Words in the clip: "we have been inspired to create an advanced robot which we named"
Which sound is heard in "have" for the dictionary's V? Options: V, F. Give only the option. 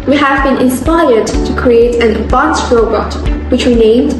V